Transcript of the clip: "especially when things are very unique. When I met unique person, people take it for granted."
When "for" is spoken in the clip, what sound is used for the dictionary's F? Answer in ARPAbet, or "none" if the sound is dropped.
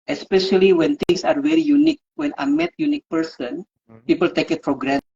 P